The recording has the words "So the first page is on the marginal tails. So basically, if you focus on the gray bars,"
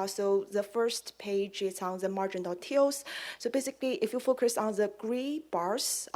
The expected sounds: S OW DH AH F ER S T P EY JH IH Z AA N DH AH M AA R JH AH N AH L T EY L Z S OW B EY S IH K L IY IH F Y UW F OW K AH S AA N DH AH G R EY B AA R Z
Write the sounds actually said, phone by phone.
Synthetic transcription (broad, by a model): S OW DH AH F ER S T P EY JH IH S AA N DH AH M AA R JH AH N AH T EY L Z S OW B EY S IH K L IY IH F Y UW F OW K AH S AA N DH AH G R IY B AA R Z